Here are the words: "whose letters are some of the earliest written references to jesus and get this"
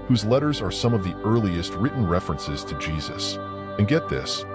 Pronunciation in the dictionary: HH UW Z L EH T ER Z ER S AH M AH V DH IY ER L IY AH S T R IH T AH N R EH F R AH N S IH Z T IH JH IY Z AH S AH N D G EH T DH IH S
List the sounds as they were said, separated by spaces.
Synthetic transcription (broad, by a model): HH UW Z L EH T ER Z ER S AH M AH V DH IY ER L IY AH S T R IH T N R EH F R AH N S IH Z T IH JH IY Z AH S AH N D G EH T DH IH S